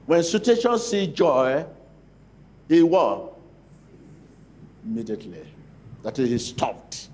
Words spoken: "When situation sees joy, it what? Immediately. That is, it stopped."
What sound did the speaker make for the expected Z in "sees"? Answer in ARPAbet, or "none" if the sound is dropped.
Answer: none